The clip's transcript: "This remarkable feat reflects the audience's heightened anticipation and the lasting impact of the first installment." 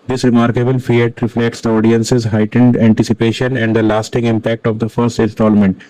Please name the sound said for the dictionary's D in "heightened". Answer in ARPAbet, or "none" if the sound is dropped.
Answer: D